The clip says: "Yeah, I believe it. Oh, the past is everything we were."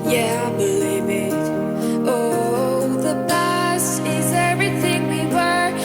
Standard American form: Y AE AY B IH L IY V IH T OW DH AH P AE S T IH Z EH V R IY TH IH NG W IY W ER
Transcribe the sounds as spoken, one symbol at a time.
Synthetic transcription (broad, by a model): Y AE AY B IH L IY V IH T OW DH AH B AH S IH Z EH V R IY TH IH NG W IY W ER